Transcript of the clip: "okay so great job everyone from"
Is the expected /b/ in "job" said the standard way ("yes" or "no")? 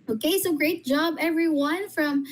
yes